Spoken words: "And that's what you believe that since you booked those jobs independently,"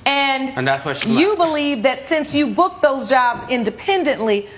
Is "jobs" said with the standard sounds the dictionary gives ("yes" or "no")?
yes